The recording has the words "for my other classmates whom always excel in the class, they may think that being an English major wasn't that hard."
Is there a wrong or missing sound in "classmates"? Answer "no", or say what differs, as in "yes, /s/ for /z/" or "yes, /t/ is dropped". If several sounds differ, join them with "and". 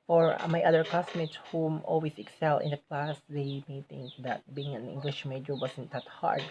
yes, /l/ is dropped